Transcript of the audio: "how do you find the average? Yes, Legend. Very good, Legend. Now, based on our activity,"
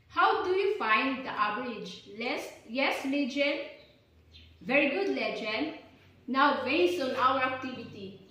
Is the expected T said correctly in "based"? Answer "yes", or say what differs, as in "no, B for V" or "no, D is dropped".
no, T is dropped